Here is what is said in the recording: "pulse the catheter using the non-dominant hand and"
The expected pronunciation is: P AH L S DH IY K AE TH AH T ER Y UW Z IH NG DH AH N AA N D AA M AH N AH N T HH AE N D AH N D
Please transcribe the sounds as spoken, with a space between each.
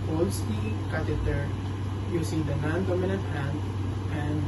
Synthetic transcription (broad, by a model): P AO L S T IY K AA T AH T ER Y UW S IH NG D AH N AA N D AA M AH N AH N T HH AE N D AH N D